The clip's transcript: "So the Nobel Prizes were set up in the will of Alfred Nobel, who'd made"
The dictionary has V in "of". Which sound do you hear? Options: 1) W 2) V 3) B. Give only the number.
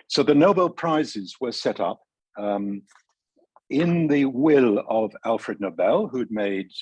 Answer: 2